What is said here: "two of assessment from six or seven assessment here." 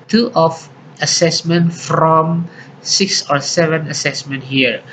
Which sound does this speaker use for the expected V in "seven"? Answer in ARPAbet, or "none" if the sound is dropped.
V